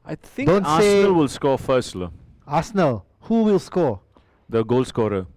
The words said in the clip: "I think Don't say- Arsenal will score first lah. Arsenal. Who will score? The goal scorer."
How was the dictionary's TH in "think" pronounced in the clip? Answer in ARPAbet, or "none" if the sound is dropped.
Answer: T